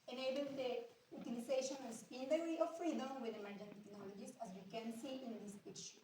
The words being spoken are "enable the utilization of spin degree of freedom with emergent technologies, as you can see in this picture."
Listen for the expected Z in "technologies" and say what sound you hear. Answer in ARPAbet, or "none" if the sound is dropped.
S